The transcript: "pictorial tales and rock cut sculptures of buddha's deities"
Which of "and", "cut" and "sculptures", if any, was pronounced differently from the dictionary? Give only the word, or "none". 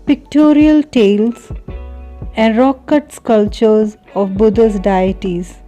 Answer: sculptures